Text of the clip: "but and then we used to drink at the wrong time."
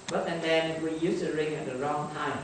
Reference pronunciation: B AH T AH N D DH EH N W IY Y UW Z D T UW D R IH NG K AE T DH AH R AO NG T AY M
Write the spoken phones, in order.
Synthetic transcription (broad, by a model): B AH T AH N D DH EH N W IY Y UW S T UW R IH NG AE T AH R AO NG T AY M